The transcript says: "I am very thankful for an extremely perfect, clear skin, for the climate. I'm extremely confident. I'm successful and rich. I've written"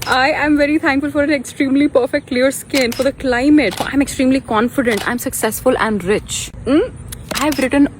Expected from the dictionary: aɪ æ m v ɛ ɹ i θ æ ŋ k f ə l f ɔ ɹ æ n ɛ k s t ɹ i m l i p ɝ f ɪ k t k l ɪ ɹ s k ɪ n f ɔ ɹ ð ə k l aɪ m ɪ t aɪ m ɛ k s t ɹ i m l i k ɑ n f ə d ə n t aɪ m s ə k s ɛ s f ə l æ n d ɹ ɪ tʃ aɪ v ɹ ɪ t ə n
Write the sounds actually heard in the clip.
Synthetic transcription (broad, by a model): aɪ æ m v ɛ ɹ i t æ ŋ k f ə l f ɔ ɹ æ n ɛ k s t ɹ i m l i p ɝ f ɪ k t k l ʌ ɹ s k ɪ n f ɔ ɹ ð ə k l aɪ m ɪ t aɪ m ɛ k s t ɹ i m l i k ɑ n f ə d ə n t aɪ m s ə k s ɛ s f ə l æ n d ɹ ɪ tʃ aɪ v ɹ ɪ t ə n